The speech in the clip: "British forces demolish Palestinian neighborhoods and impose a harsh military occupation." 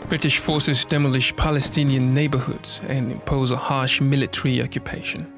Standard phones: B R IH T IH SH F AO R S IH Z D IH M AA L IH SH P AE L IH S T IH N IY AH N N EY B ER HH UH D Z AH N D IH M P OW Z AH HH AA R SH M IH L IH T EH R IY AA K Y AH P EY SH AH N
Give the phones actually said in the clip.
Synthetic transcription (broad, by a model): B R IH T IH SH F AO R S IH Z D IH M AA L IH SH P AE L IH S T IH N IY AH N N EY B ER HH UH D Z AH N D IH M P OW Z AH HH AA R SH M IH L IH T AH R IY AA K Y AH P EY SH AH N